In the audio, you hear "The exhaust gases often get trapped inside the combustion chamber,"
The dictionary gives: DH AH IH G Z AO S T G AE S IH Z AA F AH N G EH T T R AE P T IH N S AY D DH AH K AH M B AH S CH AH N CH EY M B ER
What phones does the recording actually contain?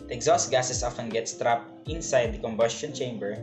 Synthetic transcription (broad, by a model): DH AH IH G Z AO S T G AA S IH S AA F AH N G EH T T R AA P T IH N S AY D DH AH K AH M B AH S CH AH N CH EY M B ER